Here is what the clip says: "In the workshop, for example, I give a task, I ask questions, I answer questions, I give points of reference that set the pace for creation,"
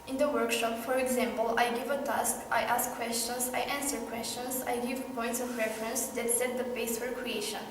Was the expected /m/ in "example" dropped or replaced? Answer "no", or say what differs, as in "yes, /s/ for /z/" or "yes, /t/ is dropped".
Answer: no